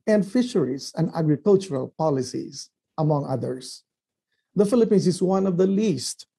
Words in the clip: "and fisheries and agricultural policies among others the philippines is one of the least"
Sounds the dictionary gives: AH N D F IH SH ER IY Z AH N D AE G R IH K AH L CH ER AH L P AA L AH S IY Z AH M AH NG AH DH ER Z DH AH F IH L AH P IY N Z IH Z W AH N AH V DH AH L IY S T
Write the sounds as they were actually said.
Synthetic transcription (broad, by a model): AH N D F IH SH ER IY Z AH N D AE G R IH K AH L CH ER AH L P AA L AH S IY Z AH M AH NG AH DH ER S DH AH F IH L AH P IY N S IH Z W AH N AH V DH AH L IY S T